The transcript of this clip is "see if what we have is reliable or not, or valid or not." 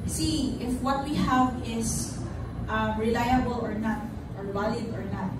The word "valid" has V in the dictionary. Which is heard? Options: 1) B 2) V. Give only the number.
1